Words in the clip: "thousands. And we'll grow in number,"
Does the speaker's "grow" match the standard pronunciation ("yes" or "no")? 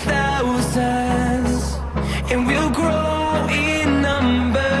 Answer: yes